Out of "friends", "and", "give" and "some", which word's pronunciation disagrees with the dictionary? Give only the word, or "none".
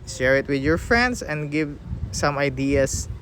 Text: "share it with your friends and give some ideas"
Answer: friends